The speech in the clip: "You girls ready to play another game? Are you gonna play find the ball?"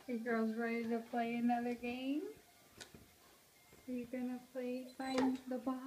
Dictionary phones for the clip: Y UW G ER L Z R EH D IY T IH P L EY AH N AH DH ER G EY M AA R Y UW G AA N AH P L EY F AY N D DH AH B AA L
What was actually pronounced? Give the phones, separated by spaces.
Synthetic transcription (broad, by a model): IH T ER Z R EH D IY T IH P L EY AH N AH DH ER G EY M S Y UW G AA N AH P L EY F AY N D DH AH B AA